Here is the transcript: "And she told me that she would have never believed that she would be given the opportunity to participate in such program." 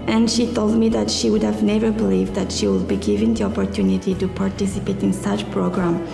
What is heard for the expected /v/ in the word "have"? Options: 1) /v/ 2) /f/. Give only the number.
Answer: 1